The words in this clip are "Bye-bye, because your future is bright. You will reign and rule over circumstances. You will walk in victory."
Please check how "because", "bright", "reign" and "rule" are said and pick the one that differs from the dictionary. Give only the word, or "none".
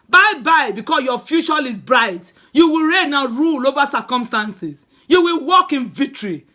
because